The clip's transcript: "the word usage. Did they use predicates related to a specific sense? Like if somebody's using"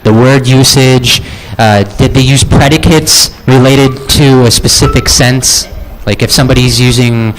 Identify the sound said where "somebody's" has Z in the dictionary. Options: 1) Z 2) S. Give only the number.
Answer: 1